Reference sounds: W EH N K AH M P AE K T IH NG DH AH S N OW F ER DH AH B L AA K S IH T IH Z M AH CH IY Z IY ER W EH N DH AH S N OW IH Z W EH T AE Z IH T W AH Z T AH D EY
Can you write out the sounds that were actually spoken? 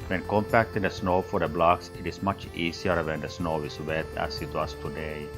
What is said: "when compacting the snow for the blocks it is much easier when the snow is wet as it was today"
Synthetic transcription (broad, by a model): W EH N K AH M P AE K T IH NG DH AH S N OW F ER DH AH B L AA K S IH T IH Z M AH CH IY S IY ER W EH N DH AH S N OW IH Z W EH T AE S IH T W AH S T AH D EY